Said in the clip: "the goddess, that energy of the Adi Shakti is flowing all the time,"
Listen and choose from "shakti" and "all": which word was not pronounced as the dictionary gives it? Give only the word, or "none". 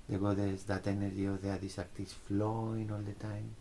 shakti